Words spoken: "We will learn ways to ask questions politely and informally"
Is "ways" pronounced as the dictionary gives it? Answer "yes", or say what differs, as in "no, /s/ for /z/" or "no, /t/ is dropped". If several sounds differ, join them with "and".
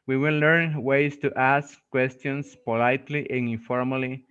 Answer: no, /s/ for /z/